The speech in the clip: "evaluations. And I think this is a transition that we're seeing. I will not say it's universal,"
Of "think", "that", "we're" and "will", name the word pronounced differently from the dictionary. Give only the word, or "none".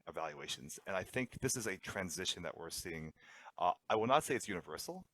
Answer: none